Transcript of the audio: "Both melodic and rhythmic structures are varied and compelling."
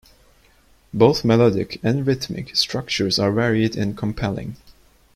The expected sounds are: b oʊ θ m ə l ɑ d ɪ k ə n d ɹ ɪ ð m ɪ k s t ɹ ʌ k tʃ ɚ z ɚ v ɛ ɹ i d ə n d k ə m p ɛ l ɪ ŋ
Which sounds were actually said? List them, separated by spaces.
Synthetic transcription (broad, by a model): b oʊ θ m ə l ɑ d ɪ k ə n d ɹ ɪ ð m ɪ k s t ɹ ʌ k tʃ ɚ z ɚ v ɛ ɹ i d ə n k ə m p ɛ l ɪ ŋ